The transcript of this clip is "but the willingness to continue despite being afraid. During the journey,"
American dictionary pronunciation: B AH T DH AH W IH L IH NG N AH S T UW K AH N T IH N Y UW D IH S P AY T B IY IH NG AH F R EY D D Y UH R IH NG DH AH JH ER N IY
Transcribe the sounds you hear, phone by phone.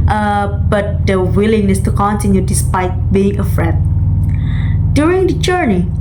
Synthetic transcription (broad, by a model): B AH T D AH W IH L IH NG AH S T UW K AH N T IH N Y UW D IH S P AY T B IY IH NG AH F R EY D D Y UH R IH NG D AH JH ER N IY